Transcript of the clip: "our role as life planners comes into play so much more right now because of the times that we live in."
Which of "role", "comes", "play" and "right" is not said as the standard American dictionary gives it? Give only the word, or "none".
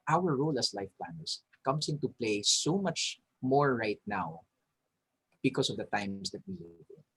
comes